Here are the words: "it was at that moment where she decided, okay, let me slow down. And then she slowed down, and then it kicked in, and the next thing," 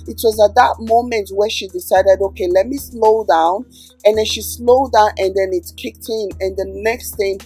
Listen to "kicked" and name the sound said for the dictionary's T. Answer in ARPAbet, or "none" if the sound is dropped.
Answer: T